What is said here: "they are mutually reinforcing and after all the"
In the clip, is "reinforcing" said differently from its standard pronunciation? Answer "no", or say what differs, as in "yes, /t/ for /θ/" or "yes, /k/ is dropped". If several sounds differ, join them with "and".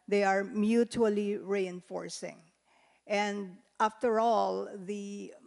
no